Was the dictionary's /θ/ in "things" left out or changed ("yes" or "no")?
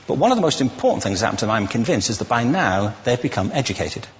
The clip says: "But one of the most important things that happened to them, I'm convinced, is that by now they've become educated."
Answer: no